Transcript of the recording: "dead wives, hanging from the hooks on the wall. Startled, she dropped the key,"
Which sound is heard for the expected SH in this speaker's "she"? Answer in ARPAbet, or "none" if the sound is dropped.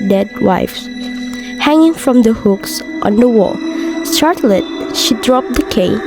SH